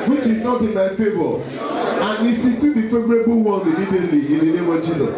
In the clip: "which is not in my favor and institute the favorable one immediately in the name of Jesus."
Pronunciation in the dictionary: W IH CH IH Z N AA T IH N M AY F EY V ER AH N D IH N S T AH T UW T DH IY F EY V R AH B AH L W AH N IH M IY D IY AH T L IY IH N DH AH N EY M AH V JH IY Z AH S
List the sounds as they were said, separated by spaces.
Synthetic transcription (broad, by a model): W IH CH IH Z N AA T IH N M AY F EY B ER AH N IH S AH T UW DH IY F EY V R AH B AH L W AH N IH M IY D IY AH T L IY IH N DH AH N EY M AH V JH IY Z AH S